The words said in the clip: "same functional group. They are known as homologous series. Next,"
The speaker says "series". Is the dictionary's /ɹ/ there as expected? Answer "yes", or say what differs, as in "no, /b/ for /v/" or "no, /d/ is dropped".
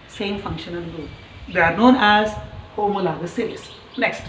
no, /l/ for /ɹ/